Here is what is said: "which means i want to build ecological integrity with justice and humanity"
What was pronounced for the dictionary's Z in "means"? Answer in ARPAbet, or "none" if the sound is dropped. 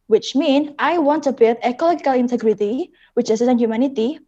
none